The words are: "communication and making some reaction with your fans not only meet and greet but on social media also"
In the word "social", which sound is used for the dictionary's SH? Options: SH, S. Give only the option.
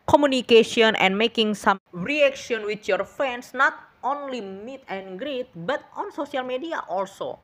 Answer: S